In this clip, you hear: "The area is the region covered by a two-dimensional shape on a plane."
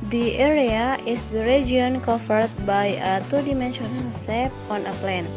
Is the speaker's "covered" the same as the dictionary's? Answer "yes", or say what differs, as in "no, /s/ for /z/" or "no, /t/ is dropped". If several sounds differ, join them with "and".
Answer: no, /f/ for /v/